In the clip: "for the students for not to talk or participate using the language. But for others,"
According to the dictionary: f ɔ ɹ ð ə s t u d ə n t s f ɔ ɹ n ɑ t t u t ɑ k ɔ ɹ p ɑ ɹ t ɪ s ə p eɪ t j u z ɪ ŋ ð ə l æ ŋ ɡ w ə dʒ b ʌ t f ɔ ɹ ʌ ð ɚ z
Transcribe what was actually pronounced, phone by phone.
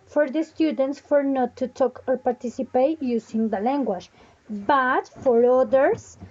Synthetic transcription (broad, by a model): f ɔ ɹ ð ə s t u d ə n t s f ɔ ɹ n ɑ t t u t ɑ k ɔ ɹ p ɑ ɹ t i s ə p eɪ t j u s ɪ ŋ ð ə l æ ŋ ɡ w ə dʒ b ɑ t f ɔ ɹ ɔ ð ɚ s